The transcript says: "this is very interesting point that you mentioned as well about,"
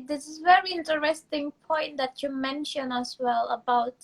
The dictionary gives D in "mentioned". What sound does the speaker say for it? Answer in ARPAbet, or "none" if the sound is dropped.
none